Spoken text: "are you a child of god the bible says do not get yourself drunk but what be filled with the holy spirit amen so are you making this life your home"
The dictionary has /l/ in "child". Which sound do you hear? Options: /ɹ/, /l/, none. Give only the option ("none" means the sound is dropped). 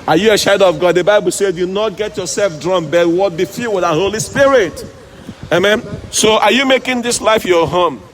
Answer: none